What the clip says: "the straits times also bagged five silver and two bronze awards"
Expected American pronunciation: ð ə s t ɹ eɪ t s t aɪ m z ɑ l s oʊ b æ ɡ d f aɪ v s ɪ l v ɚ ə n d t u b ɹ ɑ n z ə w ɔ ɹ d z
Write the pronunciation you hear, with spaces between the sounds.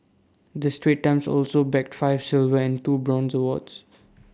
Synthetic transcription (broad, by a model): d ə s t ɹ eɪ t t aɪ m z ɑ l s oʊ b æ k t f aɪ v s ɪ l v ɚ ə n d t u b ɹ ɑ n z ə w ɔ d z